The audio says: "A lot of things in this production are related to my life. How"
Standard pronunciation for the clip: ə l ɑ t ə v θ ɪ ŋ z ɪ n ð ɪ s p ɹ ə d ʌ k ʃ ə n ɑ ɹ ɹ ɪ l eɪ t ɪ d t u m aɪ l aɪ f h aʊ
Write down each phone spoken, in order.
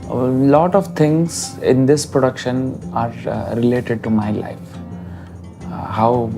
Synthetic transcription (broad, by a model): l ɑ t ə v t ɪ ŋ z ɪ n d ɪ s p ɹ ə d ʌ k ʃ ə n ɑ ɹ ɹ ɪ l eɪ t ɪ d t u m aɪ l aɪ f h aʊ